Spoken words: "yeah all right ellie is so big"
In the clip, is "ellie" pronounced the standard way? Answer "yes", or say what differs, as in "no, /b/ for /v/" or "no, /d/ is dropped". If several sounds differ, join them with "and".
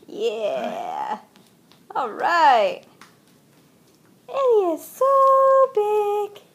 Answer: no, /n/ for /l/